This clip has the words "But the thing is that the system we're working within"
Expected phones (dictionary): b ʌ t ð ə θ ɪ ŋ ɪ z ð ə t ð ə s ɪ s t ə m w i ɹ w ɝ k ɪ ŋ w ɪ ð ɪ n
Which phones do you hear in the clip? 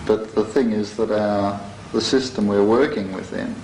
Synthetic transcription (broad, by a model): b ʌ t ð ə θ ɪ ŋ ɪ z ð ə t ð ə s ɪ s t ə m w i ɹ w ɝ k ɪ ŋ w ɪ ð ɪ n